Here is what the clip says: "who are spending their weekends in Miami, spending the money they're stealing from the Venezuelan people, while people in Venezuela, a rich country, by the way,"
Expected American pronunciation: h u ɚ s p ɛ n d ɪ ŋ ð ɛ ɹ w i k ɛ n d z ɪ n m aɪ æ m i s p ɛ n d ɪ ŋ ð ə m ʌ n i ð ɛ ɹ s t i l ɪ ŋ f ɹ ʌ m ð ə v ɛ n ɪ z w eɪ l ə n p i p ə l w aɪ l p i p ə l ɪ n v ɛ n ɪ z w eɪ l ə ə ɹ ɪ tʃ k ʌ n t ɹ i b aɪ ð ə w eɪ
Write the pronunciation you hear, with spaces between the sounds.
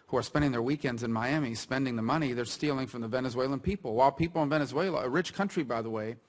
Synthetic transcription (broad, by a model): h u ɚ s p ɛ n d ɪ ŋ ð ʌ ɹ w i k ɛ n d z ɪ n m aɪ æ m i s p ɛ n d ɪ ŋ ð ə m ʌ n i ð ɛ ɹ s t i l ɪ ŋ f ɹ ʌ m ð ə v ɛ n ɪ z w eɪ l ə n p i p l w aɪ l p i p l ɪ n v ɛ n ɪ z w eɪ l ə ə ɹ ɪ tʃ k ʌ n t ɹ i b aɪ ð ə w eɪ